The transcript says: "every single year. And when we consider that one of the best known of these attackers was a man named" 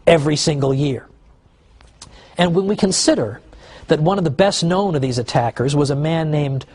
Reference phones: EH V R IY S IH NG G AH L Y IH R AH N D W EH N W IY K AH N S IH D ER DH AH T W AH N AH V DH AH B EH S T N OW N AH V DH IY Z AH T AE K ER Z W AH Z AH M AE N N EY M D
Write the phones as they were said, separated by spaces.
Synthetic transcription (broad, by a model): EH V R IY S IH NG G L Y IH R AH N W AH N W IY K AH N S IH D ER DH AH T W AH N AH V DH AH B EH S T N OW N AH V DH IY Z AH T AE K ER Z W AH Z AH M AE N N EY M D